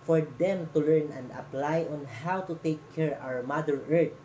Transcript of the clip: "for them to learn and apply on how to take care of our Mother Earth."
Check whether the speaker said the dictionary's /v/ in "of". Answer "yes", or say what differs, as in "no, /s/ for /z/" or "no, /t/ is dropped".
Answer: no, /w/ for /v/